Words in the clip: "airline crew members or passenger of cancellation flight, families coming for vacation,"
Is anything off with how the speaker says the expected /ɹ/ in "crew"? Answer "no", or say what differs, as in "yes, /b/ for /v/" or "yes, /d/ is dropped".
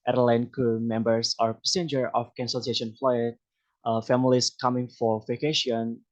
yes, /ɹ/ is dropped